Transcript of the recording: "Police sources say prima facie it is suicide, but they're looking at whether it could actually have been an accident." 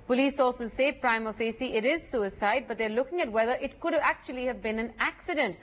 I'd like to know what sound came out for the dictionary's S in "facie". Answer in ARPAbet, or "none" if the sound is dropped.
S